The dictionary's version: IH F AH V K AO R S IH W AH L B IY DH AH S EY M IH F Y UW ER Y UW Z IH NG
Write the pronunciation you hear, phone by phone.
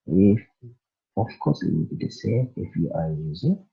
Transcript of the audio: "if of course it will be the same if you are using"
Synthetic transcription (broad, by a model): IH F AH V K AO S IH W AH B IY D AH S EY IH F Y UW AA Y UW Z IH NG